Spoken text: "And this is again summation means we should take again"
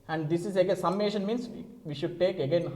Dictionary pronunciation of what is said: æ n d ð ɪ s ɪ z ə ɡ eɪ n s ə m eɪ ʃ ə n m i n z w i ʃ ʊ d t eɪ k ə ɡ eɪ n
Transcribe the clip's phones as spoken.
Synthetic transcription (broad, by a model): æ n d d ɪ s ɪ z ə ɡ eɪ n s ə m eɪ ʃ ə n m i n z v i ʃ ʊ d t eɪ k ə ɡ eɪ n